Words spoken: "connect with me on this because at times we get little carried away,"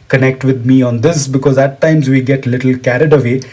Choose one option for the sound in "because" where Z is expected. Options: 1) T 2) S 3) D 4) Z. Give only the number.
4